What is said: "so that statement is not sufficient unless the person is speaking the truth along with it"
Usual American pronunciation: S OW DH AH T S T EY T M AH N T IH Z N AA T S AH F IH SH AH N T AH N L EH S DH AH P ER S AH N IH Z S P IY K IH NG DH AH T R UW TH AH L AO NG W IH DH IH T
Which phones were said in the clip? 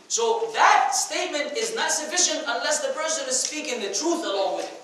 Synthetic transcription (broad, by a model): S OW DH AH T S T EY T M AH N T IH Z N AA T S AH F IH SH AH N T AH N L EH S DH AH P ER S AH N IH Z S P IY K IH NG DH AH T R UW TH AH L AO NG W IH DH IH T